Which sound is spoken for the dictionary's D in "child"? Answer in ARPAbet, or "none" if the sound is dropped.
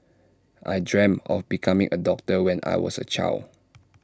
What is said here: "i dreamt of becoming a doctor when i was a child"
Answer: none